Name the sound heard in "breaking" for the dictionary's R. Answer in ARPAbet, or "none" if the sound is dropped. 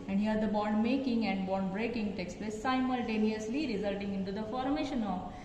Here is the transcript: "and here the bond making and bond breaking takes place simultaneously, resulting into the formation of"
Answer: R